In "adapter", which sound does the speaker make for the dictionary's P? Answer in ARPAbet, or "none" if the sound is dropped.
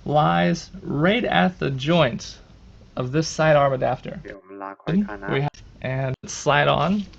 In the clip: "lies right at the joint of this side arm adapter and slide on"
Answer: F